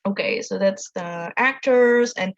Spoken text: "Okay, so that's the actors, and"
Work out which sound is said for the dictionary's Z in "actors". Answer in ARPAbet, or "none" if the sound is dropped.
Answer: Z